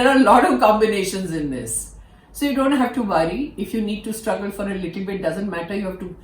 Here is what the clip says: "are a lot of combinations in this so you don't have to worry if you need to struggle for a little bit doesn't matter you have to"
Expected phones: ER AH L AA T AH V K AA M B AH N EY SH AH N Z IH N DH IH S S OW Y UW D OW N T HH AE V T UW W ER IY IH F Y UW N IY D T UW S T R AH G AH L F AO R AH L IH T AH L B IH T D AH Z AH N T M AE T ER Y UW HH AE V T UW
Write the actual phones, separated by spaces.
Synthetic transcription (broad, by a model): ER AH L AA T AH V K AA M B AH N EY SH AH N Z IH N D IH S S OW Y UW D OW N T HH AE V T UW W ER IY IH F Y UW N IY D T UW S T R AH G AH L F AO R AH L IH T AH L B IH T D AH Z AH N T M AE T ER Y UW HH AE V T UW